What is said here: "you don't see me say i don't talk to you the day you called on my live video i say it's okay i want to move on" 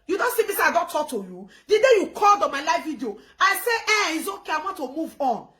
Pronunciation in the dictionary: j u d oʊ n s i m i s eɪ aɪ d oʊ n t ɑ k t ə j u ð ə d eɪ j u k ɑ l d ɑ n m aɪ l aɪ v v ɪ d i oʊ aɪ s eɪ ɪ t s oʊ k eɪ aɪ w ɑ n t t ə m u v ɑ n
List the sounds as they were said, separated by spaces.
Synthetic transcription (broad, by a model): j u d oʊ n s i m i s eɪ aɪ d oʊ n t ɑ k t ə j u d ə d eɪ j u k ɑ l d ɑ n m aɪ l aɪ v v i d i oʊ aɪ s eɪ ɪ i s oʊ k eɪ aɪ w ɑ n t t ə m u v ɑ n